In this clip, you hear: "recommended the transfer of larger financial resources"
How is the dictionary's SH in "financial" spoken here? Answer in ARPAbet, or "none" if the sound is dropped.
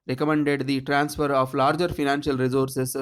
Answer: SH